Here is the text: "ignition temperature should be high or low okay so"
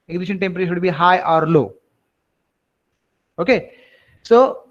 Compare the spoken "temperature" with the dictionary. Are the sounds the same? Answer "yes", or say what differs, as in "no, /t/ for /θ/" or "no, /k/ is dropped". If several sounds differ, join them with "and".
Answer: no, /s/ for /tʃ/